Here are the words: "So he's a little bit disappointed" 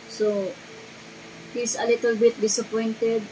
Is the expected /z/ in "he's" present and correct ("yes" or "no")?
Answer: no